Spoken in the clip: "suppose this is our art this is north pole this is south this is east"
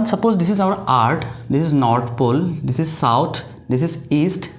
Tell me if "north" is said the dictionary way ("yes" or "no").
no